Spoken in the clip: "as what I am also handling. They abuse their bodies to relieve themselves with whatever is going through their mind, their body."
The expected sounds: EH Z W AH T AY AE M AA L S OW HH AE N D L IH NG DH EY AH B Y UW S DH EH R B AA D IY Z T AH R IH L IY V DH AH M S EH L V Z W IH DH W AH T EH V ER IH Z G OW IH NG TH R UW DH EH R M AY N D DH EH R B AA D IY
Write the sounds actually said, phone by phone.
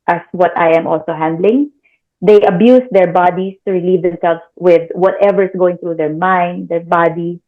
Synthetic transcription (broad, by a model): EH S W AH T AY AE M AA L S OW HH AE N D L IH NG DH EY AH B Y UW S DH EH R B AA D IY S T AH R IH L IY V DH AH M S EH L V S W IH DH W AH T EH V ER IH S G OW IH NG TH R UW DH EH R M AY N D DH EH R B AA D IY